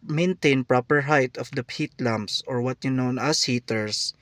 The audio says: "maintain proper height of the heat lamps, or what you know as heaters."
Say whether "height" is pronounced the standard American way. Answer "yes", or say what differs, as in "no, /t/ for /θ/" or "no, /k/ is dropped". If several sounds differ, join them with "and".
yes